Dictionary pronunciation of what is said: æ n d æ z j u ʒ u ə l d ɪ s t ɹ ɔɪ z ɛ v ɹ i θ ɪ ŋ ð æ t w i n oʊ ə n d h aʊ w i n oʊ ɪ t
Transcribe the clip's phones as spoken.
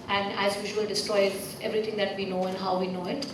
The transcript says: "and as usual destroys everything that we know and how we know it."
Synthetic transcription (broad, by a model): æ n d æ z j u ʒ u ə l d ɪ s t ɹ ɔɪ ɛ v ɹ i t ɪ ŋ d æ t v i n oʊ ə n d h aʊ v i n oʊ ɪ t